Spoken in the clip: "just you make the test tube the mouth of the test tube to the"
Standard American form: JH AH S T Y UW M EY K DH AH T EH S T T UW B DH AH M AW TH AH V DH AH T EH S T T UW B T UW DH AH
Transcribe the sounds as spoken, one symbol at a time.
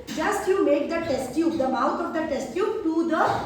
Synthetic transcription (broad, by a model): JH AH S T Y UW M EY K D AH T EH S T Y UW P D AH M AW T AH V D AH T EH S T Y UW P T UW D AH